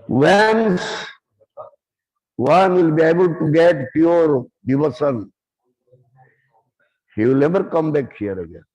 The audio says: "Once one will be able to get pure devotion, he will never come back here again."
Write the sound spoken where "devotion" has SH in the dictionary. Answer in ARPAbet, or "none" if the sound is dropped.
S